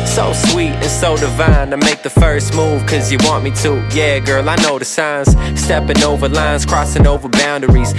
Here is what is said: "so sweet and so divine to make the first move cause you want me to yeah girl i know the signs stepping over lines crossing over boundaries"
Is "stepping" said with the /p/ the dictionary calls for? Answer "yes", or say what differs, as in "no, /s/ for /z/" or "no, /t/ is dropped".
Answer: yes